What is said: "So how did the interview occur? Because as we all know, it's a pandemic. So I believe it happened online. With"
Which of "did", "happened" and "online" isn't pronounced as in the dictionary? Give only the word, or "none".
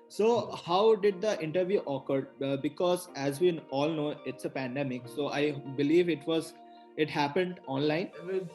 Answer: none